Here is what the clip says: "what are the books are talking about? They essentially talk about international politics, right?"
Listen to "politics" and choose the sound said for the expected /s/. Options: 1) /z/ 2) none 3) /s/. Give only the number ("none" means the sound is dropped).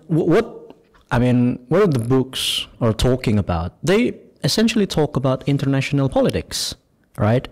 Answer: 3